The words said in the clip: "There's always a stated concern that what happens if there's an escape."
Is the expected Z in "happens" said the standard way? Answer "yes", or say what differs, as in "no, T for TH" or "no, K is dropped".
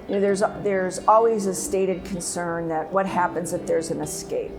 yes